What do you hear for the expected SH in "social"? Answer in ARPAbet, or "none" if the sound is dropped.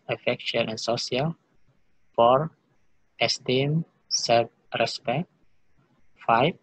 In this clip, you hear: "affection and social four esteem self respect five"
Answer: none